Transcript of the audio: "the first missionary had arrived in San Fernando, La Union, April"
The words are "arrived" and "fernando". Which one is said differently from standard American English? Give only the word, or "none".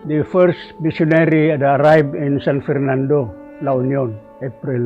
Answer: arrived